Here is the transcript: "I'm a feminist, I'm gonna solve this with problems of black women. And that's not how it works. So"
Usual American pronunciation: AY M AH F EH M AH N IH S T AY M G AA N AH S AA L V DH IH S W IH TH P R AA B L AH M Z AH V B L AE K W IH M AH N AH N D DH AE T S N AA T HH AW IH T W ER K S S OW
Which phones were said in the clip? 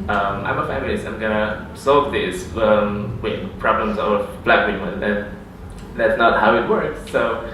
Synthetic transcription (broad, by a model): AY M AH F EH M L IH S AY M G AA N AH S AA L V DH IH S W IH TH P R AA B L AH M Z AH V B L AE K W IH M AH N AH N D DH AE T S N AA T HH AW IH T W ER K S S OW